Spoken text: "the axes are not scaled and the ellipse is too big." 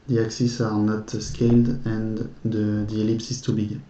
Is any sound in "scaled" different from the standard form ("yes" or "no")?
no